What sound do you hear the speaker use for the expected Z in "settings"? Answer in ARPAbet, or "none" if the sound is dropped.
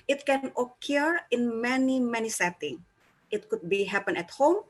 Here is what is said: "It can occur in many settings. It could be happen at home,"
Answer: none